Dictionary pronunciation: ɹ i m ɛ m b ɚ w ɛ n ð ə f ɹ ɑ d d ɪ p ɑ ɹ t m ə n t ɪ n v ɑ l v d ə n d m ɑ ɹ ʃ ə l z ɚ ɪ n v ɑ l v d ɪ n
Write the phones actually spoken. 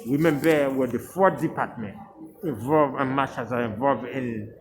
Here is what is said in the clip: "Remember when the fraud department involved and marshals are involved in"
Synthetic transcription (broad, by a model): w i m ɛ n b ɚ w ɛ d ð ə f ɑ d d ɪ p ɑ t m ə n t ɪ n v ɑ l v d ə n m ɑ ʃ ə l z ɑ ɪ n v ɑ l v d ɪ n